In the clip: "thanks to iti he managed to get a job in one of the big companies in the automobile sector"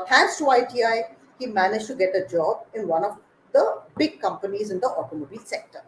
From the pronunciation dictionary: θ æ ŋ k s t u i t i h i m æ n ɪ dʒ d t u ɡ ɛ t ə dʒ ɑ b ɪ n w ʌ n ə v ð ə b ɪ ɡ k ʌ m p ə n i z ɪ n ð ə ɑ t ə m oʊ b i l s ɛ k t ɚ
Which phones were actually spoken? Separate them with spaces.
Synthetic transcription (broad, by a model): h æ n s t u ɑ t i h i m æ n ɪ dʒ t u ɡ ɛ t ə dʒ ɑ b ɪ n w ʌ n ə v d ə b ɪ ɡ k ʌ m p ə n i z ɪ n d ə ɑ t ə m oʊ b i l s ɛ k t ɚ